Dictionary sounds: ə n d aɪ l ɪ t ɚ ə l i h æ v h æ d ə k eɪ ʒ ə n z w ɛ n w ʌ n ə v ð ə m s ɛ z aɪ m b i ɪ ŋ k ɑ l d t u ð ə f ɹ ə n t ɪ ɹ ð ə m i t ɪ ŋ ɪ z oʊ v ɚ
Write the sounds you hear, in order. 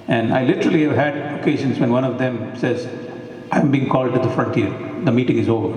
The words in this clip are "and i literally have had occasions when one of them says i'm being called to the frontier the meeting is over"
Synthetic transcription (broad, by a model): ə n d aɪ l ɪ t ɚ ə l i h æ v h æ d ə k eɪ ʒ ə n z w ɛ n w ʌ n ə v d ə m s ɛ z aɪ m b i ɪ ŋ k ɑ l d t u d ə f ɹ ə n t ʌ ɹ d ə m i t ɪ ŋ ɪ z oʊ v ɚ